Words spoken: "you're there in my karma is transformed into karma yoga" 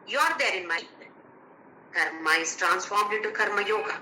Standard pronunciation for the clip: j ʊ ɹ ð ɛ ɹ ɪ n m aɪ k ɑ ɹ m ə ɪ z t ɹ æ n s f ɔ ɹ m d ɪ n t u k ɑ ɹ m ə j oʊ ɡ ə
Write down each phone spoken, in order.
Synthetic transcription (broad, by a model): j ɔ ɹ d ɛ ɹ ɪ n m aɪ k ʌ ɹ m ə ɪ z t ɹ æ n s f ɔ ɹ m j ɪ t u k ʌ ɹ m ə j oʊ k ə